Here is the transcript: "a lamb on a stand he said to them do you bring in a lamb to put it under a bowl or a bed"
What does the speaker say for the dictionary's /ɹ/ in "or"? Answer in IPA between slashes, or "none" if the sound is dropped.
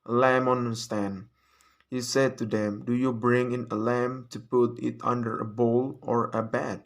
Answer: /ɹ/